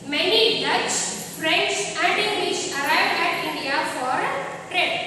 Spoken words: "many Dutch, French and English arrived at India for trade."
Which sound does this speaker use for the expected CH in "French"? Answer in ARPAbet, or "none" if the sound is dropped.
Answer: S